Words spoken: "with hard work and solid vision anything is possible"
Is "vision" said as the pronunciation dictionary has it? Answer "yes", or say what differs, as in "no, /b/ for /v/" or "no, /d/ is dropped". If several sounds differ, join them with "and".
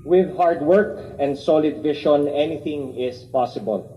no, /ʃ/ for /ʒ/